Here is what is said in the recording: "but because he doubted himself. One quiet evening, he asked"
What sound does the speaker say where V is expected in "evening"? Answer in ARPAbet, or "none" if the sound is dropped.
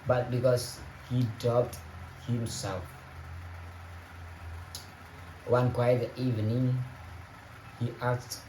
V